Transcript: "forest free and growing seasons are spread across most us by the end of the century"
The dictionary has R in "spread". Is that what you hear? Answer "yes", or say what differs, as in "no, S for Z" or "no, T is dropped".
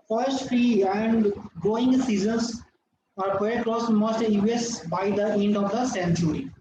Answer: no, R is dropped